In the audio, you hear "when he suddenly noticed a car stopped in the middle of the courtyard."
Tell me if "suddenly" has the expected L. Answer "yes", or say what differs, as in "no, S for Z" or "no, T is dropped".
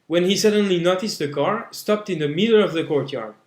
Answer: yes